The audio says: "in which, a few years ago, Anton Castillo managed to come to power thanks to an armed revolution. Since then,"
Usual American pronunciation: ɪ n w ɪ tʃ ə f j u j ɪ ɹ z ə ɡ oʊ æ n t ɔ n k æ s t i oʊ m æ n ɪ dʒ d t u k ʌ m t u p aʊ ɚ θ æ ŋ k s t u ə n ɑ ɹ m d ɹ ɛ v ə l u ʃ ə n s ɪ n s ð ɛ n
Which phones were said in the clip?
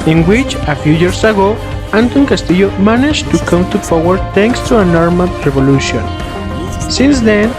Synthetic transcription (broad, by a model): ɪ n w ɪ tʃ ə f j u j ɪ ɹ s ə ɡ oʊ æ n t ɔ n k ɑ s t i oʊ m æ n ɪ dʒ t u k ʌ m t u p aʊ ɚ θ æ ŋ k s t u ə n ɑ ɹ m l ɹ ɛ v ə l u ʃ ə n s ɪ n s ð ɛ n